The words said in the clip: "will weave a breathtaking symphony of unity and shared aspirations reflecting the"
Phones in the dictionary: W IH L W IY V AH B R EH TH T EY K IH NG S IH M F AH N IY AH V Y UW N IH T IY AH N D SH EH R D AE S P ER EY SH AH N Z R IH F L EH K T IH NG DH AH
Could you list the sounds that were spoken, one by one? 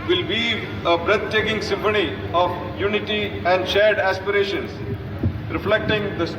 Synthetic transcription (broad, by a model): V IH L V IY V AH B R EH T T EY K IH NG S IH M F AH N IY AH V Y UW N IH T IY AH N D SH EH R D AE S P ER EY SH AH N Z R IH F L EH K T IH NG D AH